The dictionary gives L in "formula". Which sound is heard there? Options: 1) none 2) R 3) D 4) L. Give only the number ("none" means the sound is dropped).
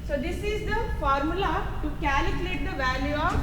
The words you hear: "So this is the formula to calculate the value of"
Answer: 4